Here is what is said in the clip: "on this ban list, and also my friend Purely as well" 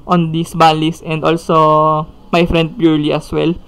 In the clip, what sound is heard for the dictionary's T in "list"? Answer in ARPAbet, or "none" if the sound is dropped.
none